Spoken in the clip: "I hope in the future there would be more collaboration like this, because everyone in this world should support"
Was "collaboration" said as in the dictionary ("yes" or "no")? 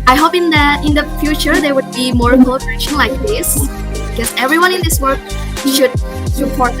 no